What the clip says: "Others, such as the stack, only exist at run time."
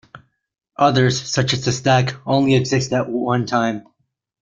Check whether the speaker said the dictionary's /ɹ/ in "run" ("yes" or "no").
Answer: no